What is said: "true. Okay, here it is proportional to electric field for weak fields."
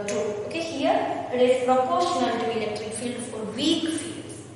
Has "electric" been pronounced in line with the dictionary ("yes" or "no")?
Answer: yes